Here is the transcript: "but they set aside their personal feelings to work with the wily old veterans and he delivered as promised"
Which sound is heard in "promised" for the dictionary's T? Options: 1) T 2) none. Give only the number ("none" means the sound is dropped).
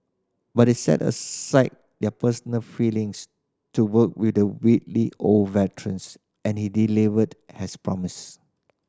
2